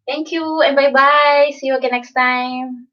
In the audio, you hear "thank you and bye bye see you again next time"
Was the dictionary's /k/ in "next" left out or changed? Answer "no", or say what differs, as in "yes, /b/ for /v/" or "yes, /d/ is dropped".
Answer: no